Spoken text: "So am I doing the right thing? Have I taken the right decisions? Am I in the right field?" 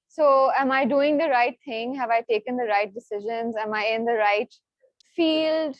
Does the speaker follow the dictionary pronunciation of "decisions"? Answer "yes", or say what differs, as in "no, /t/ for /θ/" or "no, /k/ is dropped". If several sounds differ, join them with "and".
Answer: yes